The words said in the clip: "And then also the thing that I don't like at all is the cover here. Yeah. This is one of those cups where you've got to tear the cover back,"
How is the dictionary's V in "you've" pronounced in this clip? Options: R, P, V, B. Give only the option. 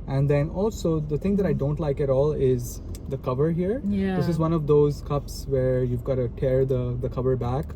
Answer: V